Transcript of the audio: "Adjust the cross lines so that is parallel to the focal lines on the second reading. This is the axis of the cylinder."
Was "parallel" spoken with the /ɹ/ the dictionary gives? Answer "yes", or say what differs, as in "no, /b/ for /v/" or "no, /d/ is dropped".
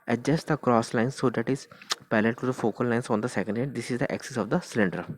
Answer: no, /l/ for /ɹ/